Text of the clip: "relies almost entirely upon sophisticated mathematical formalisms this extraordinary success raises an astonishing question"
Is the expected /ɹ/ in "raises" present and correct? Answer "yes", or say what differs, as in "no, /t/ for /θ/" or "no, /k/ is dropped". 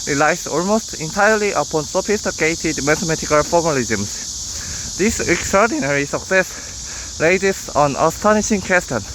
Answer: no, /l/ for /ɹ/